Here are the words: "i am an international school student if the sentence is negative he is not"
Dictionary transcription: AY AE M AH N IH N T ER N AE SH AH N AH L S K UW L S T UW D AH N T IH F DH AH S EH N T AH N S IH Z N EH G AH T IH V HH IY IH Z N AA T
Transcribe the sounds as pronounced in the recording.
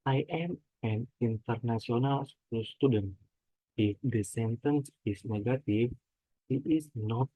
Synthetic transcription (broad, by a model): AY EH M AH N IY N T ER N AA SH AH N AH L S UW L S T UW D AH N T IH F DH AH S EH N T AH N S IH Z N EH G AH T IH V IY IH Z N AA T